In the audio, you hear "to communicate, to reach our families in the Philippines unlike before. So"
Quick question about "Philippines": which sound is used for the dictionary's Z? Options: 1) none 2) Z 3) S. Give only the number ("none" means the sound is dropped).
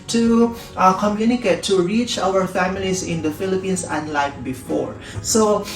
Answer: 3